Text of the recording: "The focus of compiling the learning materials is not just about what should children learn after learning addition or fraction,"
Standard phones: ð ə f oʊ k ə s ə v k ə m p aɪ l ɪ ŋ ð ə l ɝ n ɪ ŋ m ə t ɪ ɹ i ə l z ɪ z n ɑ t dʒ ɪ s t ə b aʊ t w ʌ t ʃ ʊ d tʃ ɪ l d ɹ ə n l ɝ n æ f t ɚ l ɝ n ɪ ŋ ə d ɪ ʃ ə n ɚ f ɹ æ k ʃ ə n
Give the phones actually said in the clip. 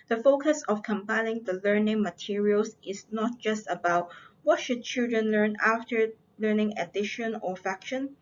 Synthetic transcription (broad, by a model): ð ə f oʊ k ə s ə f k ə m p aɪ l ɪ ŋ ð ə l ɝ n ɪ ŋ m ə t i ɹ i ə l s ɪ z n ɑ t dʒ ɪ s t ə b aʊ t w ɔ t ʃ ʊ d tʃ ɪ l d ɹ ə n l ɝ n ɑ f t ɚ l ɝ n ɪ ŋ ə d ɪ ʃ ə n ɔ f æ k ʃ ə n